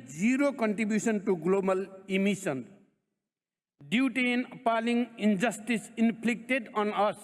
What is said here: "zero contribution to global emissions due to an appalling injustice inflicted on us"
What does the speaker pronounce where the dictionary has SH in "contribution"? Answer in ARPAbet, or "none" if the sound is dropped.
S